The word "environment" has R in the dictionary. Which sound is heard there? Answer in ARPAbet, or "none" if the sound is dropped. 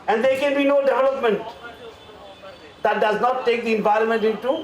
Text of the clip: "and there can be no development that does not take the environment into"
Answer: R